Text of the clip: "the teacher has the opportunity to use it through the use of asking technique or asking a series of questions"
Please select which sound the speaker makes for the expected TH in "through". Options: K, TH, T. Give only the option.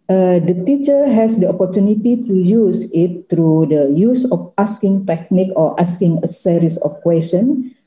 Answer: T